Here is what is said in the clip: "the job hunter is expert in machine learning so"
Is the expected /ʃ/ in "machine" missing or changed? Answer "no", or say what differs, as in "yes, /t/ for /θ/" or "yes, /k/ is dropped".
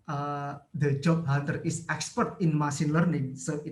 yes, /s/ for /ʃ/